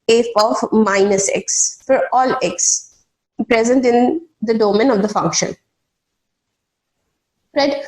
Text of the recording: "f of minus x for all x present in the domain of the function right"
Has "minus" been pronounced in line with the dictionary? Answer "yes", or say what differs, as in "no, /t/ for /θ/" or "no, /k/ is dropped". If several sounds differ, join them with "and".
yes